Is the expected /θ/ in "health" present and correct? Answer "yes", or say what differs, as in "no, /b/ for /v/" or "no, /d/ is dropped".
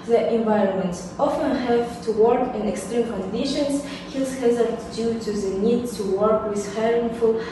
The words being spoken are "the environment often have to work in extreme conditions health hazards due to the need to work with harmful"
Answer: no, /s/ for /θ/